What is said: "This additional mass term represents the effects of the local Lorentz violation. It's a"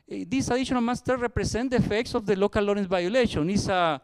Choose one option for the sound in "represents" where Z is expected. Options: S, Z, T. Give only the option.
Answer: S